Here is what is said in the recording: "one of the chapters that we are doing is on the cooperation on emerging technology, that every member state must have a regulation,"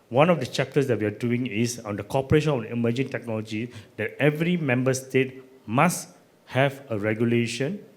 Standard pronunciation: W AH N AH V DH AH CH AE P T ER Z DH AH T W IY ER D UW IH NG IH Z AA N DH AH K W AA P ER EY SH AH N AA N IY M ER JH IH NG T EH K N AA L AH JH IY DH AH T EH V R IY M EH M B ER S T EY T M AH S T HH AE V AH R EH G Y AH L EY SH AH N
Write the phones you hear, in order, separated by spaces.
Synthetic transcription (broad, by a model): W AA N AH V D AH CH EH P T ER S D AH T W IY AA D UW IH NG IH S AA N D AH K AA P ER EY SH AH N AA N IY M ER JH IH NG T EH K N AA L AH JH IY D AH T EH V R IY M EH M B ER S T EY T M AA S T HH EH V AH R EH G Y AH L EY SH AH N